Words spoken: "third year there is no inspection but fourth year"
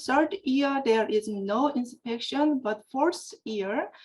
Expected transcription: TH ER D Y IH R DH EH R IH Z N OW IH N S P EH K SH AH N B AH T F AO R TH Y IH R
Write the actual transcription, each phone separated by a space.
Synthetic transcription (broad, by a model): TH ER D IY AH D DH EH R IH Z N OW IH N S P EH K SH AH N B AH T F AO R S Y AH R